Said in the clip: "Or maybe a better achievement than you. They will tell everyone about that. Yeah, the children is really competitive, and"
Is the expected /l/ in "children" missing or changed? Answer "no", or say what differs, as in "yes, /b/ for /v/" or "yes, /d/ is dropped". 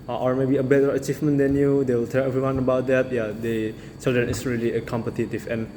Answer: yes, /l/ is dropped